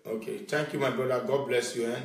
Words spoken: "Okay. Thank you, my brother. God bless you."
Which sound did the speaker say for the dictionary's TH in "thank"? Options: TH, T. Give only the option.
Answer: T